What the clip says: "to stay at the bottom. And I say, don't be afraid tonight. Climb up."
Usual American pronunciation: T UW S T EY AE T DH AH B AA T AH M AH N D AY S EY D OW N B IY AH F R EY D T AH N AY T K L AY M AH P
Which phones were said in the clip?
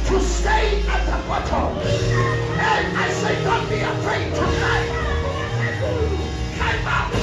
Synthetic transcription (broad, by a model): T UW S T EY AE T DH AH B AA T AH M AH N AY S EY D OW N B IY AH F R EY D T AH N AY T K AY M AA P